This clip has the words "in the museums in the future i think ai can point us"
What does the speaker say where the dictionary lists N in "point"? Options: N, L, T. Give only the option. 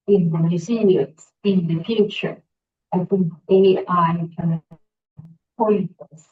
L